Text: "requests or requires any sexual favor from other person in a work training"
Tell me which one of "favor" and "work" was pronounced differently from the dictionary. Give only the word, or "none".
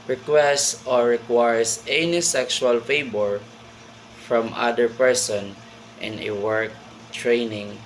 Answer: favor